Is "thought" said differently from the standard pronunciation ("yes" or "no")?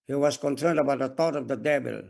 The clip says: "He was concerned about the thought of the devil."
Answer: yes